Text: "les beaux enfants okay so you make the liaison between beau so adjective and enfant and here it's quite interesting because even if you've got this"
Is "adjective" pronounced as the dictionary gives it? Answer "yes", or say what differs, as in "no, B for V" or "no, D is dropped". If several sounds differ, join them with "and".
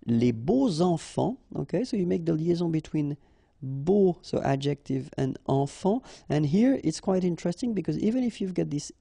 yes